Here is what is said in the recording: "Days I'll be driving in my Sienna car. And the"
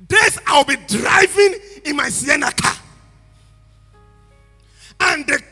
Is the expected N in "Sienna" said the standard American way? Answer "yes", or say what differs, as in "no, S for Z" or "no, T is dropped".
yes